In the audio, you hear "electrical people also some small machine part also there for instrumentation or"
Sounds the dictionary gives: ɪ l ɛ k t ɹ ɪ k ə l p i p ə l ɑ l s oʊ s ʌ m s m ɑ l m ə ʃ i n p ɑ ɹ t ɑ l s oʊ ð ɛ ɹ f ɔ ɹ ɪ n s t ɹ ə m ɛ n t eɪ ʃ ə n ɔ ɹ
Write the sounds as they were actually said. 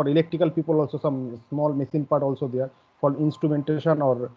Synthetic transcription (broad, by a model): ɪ l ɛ k t ɹ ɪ k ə l p i p ə l ɑ l s oʊ s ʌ m s m ɑ l m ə s i n p ɑ ɹ t ɑ l s oʊ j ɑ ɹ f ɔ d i n s t ɹ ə m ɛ n t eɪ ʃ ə n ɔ ɹ